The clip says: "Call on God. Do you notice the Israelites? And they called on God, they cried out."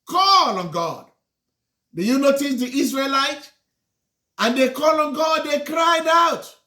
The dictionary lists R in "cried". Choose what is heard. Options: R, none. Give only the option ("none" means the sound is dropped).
R